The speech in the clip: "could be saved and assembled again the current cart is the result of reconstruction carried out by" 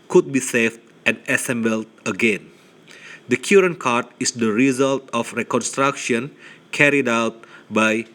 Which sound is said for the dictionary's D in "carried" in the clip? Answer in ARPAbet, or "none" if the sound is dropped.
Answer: D